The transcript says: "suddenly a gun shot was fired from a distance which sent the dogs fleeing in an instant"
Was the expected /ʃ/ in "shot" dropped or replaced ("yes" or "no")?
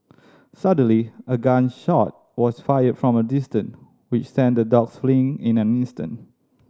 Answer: no